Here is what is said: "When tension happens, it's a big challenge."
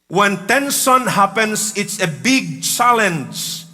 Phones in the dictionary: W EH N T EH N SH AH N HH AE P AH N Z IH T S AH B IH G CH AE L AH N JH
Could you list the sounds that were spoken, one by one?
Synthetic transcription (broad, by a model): W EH N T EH N S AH N HH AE P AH N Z IH T S AH B IH G CH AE L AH N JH